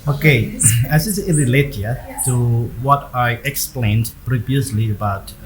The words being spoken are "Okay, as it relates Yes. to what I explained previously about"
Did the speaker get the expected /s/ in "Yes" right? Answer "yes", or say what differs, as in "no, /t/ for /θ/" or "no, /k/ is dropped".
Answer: no, /s/ is dropped